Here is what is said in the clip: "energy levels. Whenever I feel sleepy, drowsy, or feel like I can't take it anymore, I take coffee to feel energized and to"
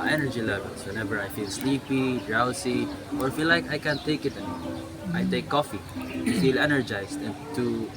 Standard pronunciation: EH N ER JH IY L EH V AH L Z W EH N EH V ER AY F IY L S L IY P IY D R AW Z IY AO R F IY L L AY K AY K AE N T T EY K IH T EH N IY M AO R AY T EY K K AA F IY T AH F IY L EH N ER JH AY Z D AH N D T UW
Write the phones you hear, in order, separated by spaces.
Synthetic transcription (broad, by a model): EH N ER JH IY L EH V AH L S W EH N EH V ER AY F IY L S L IY P IY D R AW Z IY AO R F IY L L AY K AY K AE N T T EY K IH T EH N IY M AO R AY T EY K K AA F IY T F IY L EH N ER JH AY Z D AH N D T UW